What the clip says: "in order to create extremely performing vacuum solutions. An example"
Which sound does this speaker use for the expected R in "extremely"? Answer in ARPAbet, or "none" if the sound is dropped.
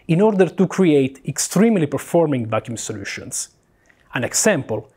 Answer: R